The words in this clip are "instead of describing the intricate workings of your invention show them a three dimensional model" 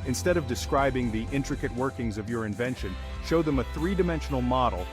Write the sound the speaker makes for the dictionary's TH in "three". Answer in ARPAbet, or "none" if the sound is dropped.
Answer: TH